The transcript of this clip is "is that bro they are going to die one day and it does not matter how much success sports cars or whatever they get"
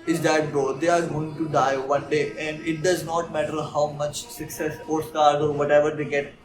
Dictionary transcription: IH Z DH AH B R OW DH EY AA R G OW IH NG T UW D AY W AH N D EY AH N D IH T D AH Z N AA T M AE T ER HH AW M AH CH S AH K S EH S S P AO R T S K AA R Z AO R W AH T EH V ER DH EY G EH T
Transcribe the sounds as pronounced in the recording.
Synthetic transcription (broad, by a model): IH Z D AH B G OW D EY AA R G OW IH NG T UW D AY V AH N D EY AH N D IH T D AH Z N AA T M AE T ER HH AW M AH CH S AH K S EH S S AO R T S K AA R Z AO R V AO T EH V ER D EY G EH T